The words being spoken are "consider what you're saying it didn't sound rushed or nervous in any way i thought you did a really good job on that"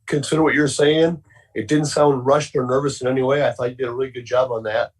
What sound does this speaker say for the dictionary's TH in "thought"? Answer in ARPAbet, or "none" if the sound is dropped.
TH